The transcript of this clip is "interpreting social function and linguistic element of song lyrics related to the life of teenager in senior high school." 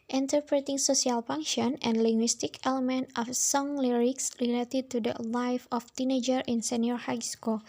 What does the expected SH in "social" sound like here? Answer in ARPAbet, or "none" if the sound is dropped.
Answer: S